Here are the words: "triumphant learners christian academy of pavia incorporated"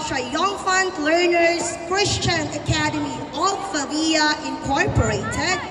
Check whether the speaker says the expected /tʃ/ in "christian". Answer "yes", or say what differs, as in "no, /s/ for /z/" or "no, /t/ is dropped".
yes